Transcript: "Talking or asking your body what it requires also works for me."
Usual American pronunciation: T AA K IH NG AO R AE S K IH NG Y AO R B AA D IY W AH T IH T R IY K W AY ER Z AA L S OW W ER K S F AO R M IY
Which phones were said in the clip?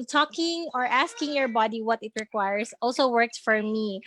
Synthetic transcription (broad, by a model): T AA K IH NG AO R AE S K IH NG Y AO R B AA D IY W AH T IH T R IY K W AY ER S AA L S OW W ER K S F AO R M IY